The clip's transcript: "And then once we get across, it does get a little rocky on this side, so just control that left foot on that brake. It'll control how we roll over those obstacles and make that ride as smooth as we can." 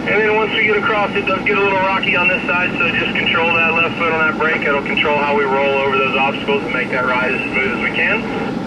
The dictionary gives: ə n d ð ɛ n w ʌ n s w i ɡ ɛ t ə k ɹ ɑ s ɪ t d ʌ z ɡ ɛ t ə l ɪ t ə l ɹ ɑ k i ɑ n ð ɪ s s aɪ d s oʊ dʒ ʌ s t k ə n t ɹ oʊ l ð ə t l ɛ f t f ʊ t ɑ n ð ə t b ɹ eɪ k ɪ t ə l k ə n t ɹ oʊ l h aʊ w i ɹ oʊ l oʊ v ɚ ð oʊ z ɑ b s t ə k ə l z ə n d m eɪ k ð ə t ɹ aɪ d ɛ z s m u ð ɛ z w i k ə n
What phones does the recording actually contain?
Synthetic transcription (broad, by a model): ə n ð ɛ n w ʌ n s w i ɡ ɛ t ə k ɹ ɑ s ɪ t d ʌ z ɡ ɛ t ə l ɪ t l ɹ ɑ k i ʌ n ð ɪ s s aɪ d s oʊ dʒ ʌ s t k n t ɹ oʊ l ð ə t l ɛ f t f ʊ t n ð ə t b ɹ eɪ k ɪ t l k n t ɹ oʊ l h aʊ w i ɹ oʊ l oʊ v ɚ ð oʊ z ɑ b s t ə k l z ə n m eɪ k ð ə t ɹ aɪ d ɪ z s m u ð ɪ z w i k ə n